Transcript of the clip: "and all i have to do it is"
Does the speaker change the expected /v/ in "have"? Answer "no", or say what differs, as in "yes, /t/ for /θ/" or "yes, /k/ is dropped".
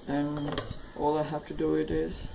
yes, /f/ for /v/